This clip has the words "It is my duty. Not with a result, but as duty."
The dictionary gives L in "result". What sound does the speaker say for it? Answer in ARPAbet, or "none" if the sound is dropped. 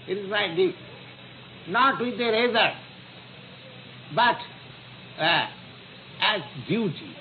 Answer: none